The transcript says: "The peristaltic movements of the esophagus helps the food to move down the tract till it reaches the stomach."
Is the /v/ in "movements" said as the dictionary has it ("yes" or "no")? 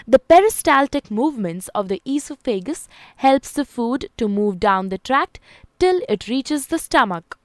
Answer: yes